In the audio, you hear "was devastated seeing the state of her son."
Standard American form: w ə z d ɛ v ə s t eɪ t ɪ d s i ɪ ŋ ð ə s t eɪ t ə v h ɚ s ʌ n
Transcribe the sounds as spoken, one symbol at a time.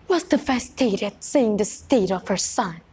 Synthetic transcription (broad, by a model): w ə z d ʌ f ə s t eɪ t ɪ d s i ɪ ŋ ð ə s t eɪ t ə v h ɚ s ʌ n